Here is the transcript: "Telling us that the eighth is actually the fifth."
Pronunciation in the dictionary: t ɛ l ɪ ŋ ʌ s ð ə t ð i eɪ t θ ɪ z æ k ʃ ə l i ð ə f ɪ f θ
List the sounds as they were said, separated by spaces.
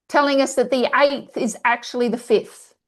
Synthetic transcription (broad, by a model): t ɛ l ɪ ŋ ʌ s ð ə t ð i eɪ t θ ɪ z æ k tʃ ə l i ð ə f ɪ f θ